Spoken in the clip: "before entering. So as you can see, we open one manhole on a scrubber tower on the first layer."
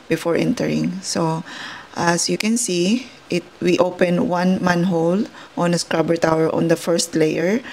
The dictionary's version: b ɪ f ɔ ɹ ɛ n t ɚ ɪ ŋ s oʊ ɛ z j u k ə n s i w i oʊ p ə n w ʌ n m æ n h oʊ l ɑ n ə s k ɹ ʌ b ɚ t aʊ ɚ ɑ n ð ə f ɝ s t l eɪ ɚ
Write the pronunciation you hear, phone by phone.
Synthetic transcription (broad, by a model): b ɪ f ɔ ɹ ɛ n t ɚ ɪ ŋ s oʊ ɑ s j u k ə n s i w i oʊ p ə n w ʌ n m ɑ n h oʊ l ɑ n ə s k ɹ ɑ b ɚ t aʊ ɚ ɑ n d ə f ɝ s t l eɪ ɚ